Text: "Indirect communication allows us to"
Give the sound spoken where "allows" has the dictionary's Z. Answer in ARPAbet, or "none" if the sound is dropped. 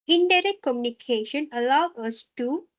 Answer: none